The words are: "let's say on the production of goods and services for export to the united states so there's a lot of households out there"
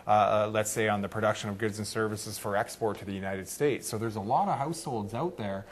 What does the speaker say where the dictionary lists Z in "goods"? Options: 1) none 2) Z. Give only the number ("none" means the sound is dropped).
2